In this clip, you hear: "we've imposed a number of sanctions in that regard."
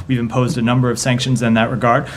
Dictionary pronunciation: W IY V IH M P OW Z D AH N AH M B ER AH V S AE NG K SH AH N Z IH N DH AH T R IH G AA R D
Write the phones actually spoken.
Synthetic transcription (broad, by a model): W IY V IH M P OW Z D AH N AH M B ER AH V S AE NG K SH AH N Z IH N DH AH T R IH G AA R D